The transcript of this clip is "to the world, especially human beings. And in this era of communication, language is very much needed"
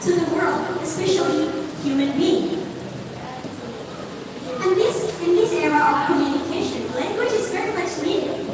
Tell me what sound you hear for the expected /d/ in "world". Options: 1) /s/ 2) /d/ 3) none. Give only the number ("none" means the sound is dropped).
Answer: 2